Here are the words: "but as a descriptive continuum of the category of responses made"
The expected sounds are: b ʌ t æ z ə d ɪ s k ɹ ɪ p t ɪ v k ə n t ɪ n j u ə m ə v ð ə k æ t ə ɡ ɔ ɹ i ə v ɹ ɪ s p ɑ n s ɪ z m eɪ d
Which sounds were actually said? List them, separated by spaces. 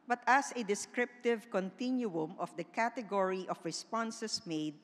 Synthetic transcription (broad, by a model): b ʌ t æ s ə d ɪ s k ɹ ɪ p t ɪ v k ə n t ɪ n j u ə m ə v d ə k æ t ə ɡ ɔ ɹ i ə f ɹ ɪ s p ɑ n s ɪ s m eɪ d